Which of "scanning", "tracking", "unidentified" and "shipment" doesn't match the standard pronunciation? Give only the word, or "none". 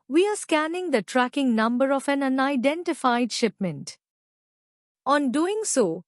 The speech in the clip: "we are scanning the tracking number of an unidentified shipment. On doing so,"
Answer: none